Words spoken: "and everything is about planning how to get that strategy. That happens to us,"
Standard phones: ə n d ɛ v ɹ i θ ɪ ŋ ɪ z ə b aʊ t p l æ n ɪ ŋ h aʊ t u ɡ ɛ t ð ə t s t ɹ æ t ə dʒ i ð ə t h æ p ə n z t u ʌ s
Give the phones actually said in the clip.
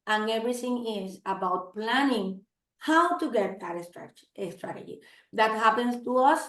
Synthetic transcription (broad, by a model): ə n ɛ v ɹ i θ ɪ ŋ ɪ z ə b aʊ t p l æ n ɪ ŋ h aʊ t u ɡ ɛ t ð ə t s t ɹ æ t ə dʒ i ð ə t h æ p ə n s t u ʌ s